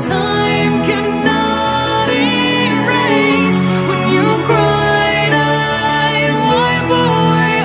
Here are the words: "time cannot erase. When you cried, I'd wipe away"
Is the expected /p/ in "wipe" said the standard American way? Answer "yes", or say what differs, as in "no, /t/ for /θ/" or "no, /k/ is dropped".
no, /b/ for /p/